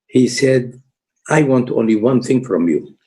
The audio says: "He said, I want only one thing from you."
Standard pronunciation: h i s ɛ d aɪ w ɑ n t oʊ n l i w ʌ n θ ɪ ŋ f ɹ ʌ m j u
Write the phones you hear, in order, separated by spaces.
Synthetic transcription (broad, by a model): h i s ɛ d aɪ w ɑ n t oʊ n l i w ʌ n θ ɪ ŋ f ɹ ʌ m j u